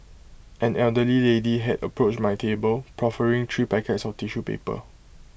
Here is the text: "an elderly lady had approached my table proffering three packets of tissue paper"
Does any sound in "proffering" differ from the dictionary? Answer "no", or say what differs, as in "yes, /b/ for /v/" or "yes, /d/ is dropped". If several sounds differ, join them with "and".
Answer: no